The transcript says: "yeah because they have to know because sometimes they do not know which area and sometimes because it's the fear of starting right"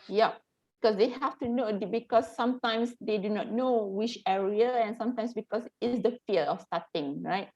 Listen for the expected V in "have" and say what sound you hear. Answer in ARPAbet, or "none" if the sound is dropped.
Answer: F